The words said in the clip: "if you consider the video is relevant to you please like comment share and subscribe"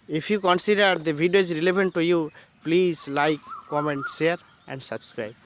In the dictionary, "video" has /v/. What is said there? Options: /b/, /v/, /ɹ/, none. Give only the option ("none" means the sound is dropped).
/b/